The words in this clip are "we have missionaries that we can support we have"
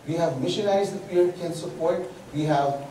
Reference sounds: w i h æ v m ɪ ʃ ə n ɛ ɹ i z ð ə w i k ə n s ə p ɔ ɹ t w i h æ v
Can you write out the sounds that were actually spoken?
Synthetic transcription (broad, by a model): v i h æ v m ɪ ʃ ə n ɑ i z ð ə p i k ə n s ə p ɔ ɹ t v i h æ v